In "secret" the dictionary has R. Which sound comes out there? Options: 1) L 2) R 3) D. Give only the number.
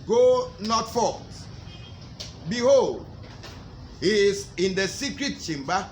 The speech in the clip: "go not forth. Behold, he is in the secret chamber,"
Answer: 2